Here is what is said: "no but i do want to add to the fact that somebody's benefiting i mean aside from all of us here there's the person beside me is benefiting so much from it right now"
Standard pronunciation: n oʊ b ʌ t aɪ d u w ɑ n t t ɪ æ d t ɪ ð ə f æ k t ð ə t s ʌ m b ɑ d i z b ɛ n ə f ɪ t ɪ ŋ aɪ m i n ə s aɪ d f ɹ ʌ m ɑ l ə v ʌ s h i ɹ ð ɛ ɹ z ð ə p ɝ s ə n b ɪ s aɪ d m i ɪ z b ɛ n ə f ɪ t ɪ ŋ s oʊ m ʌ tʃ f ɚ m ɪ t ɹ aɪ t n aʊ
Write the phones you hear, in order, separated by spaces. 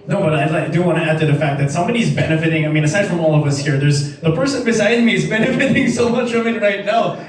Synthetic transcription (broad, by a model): n oʊ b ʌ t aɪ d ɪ w ɑ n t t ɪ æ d t ɪ ð ə f æ k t ð ə t s ʌ m b ɑ d i z b ɛ n ə f ɪ t ɪ ŋ aɪ m i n ə s aɪ d f ɹ ʌ m ɑ l ə v ʌ s h i ɹ ð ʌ ɹ z ð ə p ɝ s ə n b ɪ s aɪ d m i ɪ z b ɛ n ə f ɪ t ɪ ŋ s oʊ m ʌ tʃ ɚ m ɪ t ɹ aɪ t n aʊ